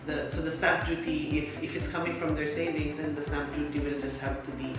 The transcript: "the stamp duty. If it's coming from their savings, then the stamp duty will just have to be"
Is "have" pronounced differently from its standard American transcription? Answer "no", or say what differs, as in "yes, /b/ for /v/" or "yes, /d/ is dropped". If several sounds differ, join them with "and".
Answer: yes, /p/ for /v/